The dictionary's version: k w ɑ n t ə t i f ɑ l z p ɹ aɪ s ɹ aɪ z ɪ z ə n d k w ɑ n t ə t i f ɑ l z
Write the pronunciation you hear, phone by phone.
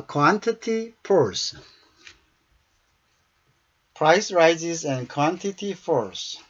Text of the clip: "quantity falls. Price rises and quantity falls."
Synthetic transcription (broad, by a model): k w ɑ n t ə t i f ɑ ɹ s p ɹ aɪ s ɹ aɪ z ɪ z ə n k w ɑ n t ə t i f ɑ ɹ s